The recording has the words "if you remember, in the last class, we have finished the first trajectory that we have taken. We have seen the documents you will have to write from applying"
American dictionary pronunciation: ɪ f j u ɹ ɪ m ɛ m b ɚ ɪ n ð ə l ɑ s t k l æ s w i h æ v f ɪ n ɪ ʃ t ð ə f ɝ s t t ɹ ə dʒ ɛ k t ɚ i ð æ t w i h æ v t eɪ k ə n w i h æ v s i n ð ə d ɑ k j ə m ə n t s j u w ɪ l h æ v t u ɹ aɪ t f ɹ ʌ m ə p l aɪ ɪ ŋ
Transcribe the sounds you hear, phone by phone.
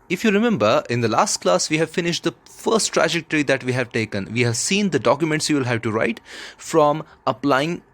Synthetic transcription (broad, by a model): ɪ f j u ɹ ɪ m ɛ m b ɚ ɪ n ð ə l ɑ s t k l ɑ s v i h æ v f ɪ n ɪ ʃ t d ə f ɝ s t t ɹ ə dʒ ɛ k t ɚ i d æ t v i h æ v t eɪ k ə n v i h æ v s i n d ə d ɑ k j ə m ə n t s j u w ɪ l h æ v t u ɹ aɪ t f ɹ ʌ m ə p l aɪ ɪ ŋ